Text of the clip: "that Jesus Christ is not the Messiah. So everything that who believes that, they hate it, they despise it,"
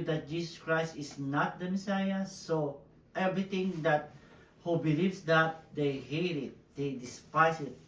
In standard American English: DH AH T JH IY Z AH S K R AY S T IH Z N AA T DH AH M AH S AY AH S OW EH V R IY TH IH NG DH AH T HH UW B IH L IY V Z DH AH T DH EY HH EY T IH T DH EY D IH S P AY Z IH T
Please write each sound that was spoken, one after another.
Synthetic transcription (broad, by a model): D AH T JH IY S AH S K R AY S T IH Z N AA T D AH M AH S AY AH S OW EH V R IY T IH NG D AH T HH UW B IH L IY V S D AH T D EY HH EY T IH T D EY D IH S P AY S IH T